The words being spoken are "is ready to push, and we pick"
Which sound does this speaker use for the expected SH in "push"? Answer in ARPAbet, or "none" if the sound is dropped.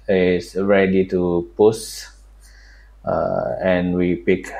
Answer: S